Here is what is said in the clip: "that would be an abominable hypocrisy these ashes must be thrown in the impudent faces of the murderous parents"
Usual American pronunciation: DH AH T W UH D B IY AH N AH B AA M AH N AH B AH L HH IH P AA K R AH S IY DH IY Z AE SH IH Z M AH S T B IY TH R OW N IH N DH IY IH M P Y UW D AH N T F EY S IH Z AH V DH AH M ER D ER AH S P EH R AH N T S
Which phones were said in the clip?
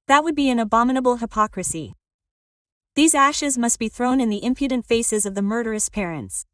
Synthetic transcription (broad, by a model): DH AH T W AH D B IY AH N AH B AA M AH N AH B L HH IH P AA K R AH S IY DH IY Z AE SH IH Z M AH S T B IY TH R OW N IH N DH IY IH M P Y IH D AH N T F EY S IH Z AH V DH AH M ER D ER AH S P EH R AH N T S